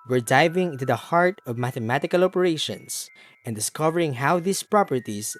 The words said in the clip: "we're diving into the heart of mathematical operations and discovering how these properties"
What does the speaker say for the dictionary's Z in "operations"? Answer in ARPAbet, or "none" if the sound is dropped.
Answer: S